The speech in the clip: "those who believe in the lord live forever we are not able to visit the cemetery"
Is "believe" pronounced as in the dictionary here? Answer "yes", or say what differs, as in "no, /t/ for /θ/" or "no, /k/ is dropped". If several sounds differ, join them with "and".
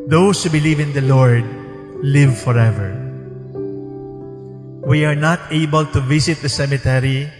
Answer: yes